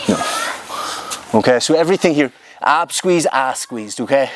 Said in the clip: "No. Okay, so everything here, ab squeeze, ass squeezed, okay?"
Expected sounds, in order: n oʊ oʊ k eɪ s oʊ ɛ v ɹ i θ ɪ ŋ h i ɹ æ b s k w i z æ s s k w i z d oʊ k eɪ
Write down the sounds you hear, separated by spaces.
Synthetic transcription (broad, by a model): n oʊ oʊ k eɪ s oʊ ɛ v ɹ i θ ɪ ŋ h i ɹ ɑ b s k w i z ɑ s s k w i z d oʊ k eɪ